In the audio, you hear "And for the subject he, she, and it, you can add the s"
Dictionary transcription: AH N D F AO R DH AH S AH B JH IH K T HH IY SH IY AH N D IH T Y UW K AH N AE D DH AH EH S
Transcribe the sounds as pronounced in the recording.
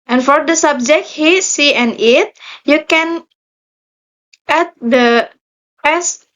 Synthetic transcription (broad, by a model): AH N F AO R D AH S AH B JH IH K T HH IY S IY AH N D IH T Y UW K AH N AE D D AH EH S